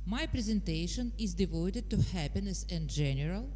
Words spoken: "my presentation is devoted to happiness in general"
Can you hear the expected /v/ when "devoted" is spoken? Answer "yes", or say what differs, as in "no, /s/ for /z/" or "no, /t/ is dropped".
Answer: yes